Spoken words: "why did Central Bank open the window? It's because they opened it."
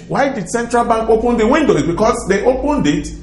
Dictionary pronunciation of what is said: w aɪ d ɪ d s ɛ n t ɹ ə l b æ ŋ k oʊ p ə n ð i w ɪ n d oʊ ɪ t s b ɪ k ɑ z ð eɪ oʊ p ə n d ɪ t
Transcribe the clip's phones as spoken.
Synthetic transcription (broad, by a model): w aɪ d ɪ d s ɛ n t ɹ ə l b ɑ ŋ k oʊ p ə n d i w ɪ n d oʊ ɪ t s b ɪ k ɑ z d eɪ oʊ p ə n d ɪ t